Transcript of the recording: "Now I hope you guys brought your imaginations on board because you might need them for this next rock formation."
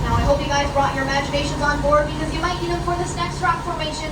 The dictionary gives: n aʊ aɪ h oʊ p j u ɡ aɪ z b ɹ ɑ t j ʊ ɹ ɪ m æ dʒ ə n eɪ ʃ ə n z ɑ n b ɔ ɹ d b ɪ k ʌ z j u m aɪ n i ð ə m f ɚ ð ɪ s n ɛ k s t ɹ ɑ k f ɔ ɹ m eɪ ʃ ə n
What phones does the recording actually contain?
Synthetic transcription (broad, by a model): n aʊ aɪ h oʊ p j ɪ ɡ aɪ z b ɹ ɑ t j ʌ ɹ ɪ m æ dʒ ə n eɪ ʃ ə n z ɑ n b ɔ ɹ d b ɪ k ʌ z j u m aɪ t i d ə f ɚ ð ɪ s n ɛ k s t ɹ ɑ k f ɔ ɹ m eɪ ʃ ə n